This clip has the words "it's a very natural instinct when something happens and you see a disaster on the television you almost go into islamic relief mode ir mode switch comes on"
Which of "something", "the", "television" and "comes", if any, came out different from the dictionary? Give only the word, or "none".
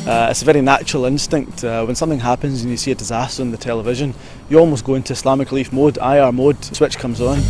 none